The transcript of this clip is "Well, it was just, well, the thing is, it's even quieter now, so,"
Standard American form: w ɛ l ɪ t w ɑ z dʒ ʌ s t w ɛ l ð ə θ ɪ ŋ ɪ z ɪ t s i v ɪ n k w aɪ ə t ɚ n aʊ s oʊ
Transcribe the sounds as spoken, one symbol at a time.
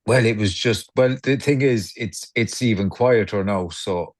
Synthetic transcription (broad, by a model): w ɛ l ɪ t w ɑ z dʒ ʌ s t w ɛ l ð ə θ ɪ ŋ ɪ z ɪ t s i v ɪ n k w aɪ ə t ɚ n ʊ s oʊ